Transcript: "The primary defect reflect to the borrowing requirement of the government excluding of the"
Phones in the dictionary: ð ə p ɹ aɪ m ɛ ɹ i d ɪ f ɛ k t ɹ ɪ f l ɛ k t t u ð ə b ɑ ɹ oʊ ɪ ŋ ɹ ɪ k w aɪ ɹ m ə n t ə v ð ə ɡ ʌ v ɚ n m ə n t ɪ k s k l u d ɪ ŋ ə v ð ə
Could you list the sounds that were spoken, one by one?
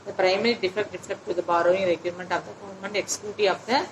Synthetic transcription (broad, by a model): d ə p ɹ aɪ m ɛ ɹ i d ɪ f ɛ k t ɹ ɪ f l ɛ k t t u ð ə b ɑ ɹ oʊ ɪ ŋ ɹ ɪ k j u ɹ m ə n t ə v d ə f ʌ ʊ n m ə n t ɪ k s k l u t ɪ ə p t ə